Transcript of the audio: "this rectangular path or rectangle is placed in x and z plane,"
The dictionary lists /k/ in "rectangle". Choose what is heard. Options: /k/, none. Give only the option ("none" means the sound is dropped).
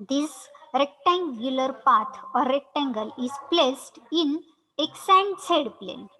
/k/